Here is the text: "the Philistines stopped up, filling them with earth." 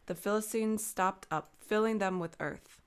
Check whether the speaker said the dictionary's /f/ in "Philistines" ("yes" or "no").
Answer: yes